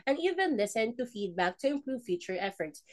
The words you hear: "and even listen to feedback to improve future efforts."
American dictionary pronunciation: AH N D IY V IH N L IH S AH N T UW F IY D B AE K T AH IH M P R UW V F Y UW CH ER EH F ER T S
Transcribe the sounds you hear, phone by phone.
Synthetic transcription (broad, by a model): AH N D IY V IH N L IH S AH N T UW F IY D B AE K T AH IH M P R UW V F Y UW CH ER EH F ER T S